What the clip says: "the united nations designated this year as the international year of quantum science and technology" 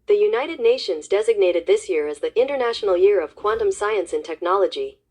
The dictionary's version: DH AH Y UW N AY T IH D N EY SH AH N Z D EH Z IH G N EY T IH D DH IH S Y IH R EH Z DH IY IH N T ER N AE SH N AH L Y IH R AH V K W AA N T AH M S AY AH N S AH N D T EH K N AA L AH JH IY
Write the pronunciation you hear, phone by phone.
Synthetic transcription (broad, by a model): DH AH Y UW N AY T IH D N EY SH AH N Z D EH Z IH G N EY T IH D DH IH S Y IH R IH Z DH IY IH N T ER N AE SH N L Y IH R AH V K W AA N T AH M S AY AH N S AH N T EH K N AA L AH JH IY